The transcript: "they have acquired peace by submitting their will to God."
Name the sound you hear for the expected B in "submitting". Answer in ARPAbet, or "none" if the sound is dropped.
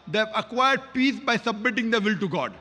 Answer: B